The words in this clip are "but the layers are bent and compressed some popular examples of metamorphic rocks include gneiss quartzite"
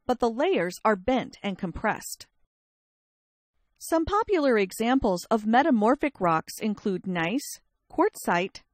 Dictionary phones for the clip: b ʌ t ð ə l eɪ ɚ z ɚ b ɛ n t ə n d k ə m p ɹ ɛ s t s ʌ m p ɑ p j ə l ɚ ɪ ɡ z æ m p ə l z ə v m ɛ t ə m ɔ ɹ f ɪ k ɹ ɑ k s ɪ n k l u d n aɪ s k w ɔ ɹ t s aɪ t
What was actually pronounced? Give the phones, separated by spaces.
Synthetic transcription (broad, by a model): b ʌ t ð ə l eɪ ɚ z ɚ b ɛ n t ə n k ə m p ɹ ɛ s t s ʌ m p ɑ p j l ɚ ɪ ɡ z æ m p l z ə v m ɛ t ə m ɔ ɹ f ɪ k ɹ ɑ k s ɪ n k l u d n aɪ s k ɔ ɹ t s aɪ t